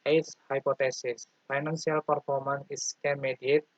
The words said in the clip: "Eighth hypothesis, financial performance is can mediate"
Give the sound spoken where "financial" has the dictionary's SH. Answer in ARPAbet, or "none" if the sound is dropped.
S